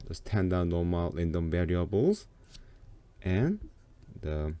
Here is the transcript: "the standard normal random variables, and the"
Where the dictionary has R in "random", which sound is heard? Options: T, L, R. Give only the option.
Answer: L